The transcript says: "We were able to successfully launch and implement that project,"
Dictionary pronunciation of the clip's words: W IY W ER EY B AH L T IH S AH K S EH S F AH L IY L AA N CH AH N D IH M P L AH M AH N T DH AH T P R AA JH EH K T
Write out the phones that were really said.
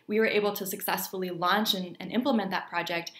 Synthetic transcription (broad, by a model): W IY W ER EY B L T IH S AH K S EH S F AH L IY L AA N CH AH N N IH M P L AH M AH N DH AH T P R AA JH EH K T